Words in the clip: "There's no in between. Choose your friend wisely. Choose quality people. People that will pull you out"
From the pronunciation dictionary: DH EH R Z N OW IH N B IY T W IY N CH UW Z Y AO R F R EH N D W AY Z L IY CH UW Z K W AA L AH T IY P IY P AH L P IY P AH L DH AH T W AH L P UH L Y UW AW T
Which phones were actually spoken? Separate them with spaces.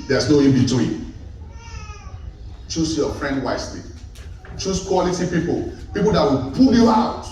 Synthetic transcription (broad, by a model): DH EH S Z N OW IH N B IY T W IY N CH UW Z Y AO F R EH N D W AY S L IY CH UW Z K W AA L AH T IY P IY P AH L P IY P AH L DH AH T W AH L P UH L Y UW AW T